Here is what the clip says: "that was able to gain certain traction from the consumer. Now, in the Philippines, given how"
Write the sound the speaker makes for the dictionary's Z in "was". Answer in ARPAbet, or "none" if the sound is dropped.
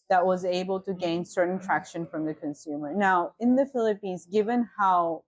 Z